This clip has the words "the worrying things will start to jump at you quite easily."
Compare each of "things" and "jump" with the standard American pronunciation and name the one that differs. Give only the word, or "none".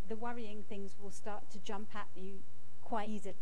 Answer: none